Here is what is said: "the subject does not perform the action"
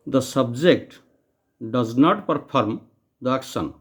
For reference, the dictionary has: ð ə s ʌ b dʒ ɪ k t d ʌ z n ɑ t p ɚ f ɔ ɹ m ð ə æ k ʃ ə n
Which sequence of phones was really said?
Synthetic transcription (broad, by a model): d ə s ʌ b dʒ ɪ k t d ʌ z n ɑ t p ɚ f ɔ ɹ m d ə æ k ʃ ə n